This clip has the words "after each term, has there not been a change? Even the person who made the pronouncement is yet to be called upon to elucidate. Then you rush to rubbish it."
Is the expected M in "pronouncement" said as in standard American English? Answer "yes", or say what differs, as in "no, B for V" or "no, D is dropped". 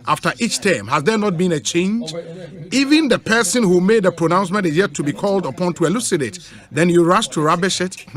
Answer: yes